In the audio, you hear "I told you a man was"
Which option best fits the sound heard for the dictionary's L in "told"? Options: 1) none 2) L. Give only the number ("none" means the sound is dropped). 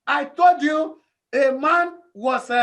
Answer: 2